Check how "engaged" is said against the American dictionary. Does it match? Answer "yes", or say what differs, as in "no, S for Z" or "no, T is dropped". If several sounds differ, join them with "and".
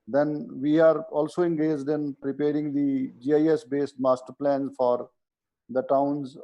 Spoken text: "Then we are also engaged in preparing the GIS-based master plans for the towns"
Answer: yes